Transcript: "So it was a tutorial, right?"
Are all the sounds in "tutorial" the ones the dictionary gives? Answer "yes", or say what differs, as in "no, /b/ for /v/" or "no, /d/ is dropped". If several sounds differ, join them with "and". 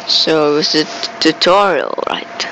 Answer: yes